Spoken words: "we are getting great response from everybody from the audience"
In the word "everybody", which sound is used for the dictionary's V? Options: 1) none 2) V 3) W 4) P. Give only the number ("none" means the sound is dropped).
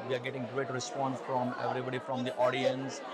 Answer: 2